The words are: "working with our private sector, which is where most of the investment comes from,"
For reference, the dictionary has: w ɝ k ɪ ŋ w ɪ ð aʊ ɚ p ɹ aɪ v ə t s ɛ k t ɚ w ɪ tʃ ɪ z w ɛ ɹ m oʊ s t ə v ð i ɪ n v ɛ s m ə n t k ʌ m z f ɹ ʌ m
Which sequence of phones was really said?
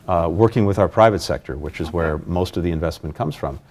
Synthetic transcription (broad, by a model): w ɝ k ɪ ŋ w ɪ ð aʊ ɚ p ɹ aɪ v ə t s ɛ k t ɚ w ɪ tʃ ɪ z w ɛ ɹ m oʊ s t ə v ð i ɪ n v ɛ s m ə n k ʌ m z f ɹ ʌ m